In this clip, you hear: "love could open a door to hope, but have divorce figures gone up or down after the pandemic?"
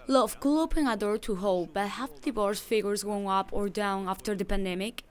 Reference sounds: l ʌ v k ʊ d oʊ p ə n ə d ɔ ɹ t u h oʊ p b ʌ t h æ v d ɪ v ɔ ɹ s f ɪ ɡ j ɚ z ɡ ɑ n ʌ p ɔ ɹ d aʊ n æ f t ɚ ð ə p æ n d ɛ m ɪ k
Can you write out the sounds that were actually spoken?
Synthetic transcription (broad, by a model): l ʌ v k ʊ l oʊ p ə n ə d ɔ ɹ t u h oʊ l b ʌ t h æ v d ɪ b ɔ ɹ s f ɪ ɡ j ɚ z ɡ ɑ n ʌ p ɔ ɹ d aʊ n æ f t ɚ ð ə p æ n d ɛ m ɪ k